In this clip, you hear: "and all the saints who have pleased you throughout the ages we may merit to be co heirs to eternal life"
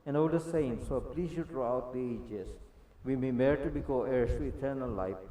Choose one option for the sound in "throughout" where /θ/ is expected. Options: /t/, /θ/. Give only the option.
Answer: /t/